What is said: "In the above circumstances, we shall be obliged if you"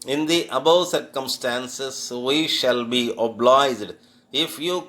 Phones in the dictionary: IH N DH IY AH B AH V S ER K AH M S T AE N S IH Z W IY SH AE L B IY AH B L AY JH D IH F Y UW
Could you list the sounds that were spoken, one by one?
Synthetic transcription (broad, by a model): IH N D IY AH B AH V S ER K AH M S T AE N S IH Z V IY SH AE L B IY AH B L AY JH D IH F Y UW